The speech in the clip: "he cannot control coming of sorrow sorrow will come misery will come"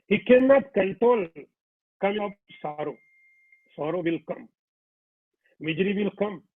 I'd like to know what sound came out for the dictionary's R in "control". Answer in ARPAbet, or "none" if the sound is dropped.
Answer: none